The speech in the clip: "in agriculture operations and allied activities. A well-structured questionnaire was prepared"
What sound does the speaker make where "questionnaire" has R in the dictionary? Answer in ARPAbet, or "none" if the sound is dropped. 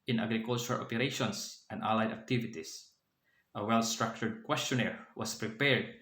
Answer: R